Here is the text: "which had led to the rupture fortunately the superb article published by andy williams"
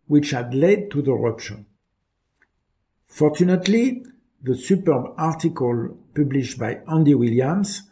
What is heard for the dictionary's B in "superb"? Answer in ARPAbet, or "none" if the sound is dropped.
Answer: B